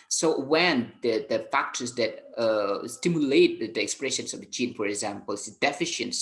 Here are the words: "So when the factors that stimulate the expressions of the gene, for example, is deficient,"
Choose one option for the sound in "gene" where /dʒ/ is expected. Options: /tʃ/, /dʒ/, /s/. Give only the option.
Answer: /tʃ/